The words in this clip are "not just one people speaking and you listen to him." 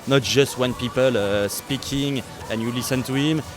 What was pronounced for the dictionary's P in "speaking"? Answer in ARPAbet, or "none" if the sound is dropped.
P